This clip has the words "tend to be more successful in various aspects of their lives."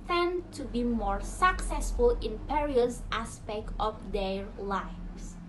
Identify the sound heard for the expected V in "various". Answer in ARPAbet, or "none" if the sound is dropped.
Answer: P